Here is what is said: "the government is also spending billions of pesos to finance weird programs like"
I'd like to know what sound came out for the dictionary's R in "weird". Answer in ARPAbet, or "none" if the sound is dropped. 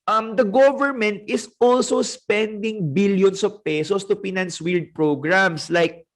L